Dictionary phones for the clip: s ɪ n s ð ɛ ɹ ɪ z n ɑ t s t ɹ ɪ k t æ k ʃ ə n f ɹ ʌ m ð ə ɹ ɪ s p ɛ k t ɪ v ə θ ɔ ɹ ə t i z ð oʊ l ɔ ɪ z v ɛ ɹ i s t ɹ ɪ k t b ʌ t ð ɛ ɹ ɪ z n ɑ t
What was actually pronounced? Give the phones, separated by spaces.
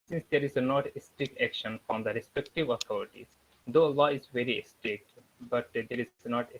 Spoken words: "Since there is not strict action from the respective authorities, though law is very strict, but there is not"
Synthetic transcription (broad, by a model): s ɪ n s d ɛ ɹ ɪ z n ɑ t s t ɹ ɪ k t æ k ʃ ə n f ɹ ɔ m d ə ɹ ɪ s p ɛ k t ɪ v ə t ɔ ɹ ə t i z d oʊ l ɔ ɪ z v ɛ ɹ i s t ɹ ɪ k t b ʌ t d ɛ ɹ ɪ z n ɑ t